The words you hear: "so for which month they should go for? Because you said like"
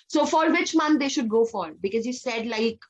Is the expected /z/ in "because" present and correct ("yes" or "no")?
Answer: yes